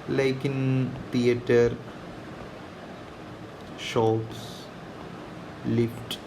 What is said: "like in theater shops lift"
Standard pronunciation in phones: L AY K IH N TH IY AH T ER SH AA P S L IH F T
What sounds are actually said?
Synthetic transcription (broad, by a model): L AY K IH N T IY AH T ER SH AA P S L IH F T